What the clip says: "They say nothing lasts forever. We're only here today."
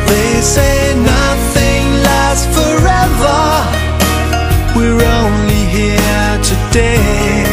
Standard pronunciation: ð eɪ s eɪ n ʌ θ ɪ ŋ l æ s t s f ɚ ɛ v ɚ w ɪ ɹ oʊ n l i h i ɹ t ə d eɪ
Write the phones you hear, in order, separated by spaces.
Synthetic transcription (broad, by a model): ð eɪ s eɪ n ʌ θ ɪ ŋ l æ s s f ɚ ɛ v ɚ w ɪ ɹ oʊ n l i h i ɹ t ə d eɪ